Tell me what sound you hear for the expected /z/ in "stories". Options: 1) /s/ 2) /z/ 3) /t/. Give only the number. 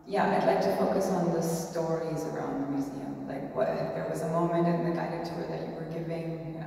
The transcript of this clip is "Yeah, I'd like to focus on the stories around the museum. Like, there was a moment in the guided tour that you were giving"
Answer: 2